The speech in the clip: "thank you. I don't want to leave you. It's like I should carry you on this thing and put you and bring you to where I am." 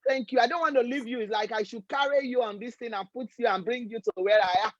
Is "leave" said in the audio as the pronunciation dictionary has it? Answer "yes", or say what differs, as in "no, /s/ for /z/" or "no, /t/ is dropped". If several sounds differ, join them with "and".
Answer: yes